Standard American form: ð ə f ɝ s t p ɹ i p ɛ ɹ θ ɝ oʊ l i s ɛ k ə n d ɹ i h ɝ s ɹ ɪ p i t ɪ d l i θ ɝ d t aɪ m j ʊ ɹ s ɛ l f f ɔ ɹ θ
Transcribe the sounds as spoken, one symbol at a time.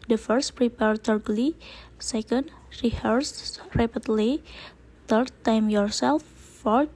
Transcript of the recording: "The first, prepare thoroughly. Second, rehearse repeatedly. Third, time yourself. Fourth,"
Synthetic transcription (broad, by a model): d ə f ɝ s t p ɹ i p ɛ ɹ t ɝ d l i s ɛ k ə n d ɹ i h ɝ s ɹ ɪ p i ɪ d l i t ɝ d t aɪ m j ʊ ɹ s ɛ l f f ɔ ɹ